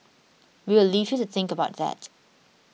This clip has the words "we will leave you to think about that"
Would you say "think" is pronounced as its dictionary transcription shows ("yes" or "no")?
yes